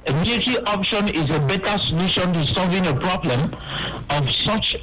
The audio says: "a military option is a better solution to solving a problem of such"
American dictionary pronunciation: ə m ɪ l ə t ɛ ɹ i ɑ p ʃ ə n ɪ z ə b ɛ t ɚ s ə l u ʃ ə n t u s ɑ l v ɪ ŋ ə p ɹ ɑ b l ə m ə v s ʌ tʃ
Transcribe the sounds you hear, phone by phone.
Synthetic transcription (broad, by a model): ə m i ə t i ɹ ɑ p ʃ ə n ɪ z ə b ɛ t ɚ s ə l u ʃ ə n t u s ɑ l v ɪ ŋ ə p ɹ ɑ b l ə m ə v s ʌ tʃ